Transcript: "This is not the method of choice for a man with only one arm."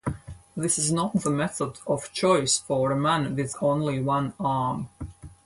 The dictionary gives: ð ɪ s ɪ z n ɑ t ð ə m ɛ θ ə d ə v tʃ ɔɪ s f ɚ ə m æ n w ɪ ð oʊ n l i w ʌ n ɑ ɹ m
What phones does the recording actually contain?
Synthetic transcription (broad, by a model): ð ɪ s ɪ z n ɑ t ð ə m ɛ θ ə d ə v tʃ ɔɪ s f ɚ ə m æ n w ɪ ð oʊ n l i w ʌ n ɑ ɹ m